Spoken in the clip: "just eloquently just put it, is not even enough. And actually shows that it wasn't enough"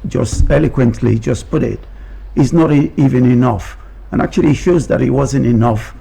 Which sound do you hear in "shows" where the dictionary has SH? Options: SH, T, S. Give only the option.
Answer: SH